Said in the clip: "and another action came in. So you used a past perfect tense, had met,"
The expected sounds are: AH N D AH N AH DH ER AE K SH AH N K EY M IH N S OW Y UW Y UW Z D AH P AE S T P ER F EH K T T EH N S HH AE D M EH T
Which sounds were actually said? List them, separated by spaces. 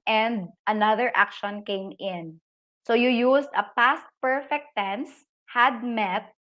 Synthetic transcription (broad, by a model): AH N D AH N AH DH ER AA K SH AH N K EY M IH N S OW Y UW Y UW S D AH P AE S T P ER F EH K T T EH N S HH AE D M EH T